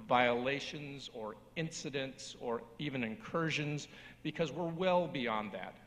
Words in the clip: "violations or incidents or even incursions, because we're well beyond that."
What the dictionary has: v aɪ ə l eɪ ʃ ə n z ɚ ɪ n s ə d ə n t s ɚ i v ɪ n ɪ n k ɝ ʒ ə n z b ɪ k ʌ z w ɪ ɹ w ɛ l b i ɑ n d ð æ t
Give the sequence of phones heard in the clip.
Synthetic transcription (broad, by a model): v aɪ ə l eɪ ʃ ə n z ɚ ɪ n s ə d ə n t s ɚ i v ɪ n ɪ n k ɝ ʒ ə n z b ɪ k ʌ z w ɪ ɹ w ɛ l b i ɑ n ð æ t